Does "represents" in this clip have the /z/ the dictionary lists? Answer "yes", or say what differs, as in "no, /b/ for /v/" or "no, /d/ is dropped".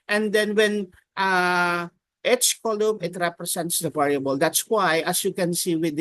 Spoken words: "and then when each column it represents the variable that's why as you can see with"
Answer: no, /s/ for /z/